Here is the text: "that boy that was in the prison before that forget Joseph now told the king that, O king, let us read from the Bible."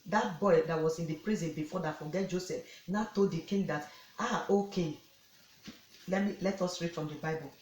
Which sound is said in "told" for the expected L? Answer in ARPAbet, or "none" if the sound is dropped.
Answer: L